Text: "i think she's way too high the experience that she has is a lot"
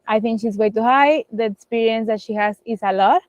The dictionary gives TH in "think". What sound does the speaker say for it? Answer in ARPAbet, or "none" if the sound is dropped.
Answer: T